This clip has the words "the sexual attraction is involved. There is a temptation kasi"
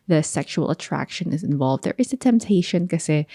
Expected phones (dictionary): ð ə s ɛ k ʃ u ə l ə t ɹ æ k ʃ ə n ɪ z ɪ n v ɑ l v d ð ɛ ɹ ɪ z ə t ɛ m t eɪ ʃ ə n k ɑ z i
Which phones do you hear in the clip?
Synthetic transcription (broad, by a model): ð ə s ɛ k ʃ u ə l ə t ɹ æ k ʃ ə n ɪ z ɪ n v ɑ l v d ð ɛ ɹ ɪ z ə t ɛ m t eɪ ʃ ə n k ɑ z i